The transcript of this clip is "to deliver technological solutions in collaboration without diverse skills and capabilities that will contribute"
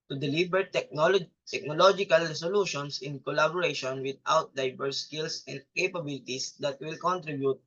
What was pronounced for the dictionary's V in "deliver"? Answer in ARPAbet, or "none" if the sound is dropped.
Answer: B